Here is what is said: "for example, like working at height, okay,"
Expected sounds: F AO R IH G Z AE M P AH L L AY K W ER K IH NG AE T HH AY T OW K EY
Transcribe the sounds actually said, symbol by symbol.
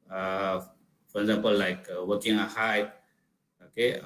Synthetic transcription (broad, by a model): F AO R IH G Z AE M P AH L L AY K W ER K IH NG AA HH AY OW K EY